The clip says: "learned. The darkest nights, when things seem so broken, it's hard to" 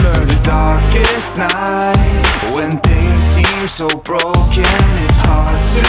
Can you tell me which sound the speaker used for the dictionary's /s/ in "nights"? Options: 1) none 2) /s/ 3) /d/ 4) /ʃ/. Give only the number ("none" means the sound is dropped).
1